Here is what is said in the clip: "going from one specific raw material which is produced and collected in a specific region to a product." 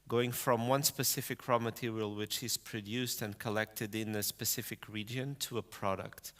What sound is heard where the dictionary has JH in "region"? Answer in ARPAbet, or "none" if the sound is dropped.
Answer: JH